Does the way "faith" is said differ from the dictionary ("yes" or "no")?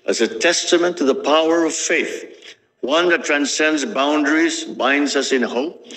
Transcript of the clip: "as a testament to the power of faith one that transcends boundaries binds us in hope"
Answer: no